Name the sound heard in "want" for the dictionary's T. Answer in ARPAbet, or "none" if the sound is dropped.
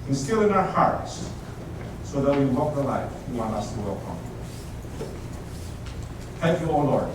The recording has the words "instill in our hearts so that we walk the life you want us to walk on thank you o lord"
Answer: none